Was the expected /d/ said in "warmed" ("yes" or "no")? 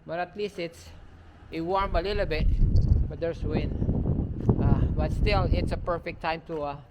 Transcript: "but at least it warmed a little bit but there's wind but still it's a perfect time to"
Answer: no